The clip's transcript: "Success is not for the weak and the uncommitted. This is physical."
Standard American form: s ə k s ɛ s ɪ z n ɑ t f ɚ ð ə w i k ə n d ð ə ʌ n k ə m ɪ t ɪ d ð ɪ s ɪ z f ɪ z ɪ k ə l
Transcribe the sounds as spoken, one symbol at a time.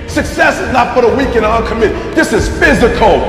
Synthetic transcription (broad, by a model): s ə k s ɛ s ɪ z n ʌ t p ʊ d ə w i k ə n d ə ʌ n k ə m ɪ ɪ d ð ɪ s ɪ z f ɪ z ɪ k l